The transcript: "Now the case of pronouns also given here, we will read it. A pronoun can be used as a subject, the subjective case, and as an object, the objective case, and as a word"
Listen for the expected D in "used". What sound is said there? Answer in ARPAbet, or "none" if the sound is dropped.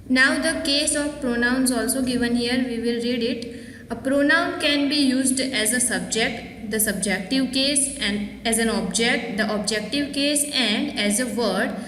D